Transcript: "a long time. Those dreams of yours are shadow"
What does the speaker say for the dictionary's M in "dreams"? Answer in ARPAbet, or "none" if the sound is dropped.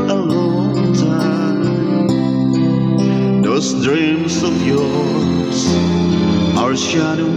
M